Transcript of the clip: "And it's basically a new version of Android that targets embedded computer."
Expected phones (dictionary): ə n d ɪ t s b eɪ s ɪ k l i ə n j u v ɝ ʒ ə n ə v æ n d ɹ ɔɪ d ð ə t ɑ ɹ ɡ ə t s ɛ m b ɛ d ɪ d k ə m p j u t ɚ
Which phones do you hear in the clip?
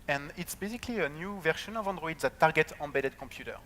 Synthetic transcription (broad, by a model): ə n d ɪ t s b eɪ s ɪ k l i ə n j u v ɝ ʃ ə n ə v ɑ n d ɹ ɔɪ d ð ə t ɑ ɹ ɡ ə t ɛ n b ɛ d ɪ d k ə m p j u t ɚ